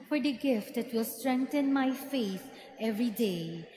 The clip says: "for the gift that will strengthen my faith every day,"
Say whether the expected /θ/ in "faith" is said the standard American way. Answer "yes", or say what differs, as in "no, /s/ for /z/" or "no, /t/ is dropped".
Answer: no, /s/ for /θ/